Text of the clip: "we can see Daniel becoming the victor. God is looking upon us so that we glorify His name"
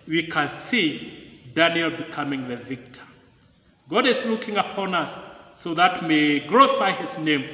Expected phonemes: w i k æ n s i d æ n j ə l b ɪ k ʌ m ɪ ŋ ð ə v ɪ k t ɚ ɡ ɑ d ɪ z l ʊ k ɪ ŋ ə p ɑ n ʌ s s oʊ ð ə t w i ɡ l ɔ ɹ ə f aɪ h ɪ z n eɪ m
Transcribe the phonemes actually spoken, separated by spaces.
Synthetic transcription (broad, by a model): w i k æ n s i d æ n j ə l b ɪ k ʌ m ɪ ŋ ð ə v ɪ k t ɚ ɡ ɑ d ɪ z l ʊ k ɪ ŋ ə p ɑ n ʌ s s oʊ ð ə t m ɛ ɡ ɹ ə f aɪ h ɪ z n eɪ m